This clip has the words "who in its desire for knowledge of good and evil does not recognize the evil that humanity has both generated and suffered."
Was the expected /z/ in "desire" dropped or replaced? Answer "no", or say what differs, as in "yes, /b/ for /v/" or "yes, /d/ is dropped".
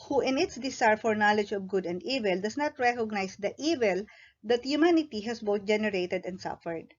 yes, /s/ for /z/